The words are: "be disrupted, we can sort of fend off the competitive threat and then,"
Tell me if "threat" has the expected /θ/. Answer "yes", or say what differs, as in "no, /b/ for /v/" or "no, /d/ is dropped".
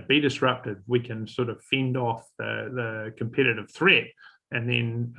yes